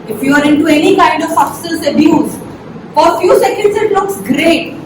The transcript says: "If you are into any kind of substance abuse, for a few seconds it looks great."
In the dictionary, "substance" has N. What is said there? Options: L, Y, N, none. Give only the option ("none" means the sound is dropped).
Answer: none